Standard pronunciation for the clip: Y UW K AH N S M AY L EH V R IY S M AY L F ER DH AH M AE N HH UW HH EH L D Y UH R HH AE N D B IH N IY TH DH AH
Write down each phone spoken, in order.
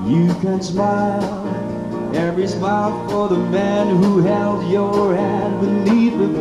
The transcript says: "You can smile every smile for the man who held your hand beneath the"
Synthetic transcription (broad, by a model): Y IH K AH N S M AY L EH V R IY S M AY L F ER DH AH M AE N HH UW HH EH L D Y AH R HH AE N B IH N IY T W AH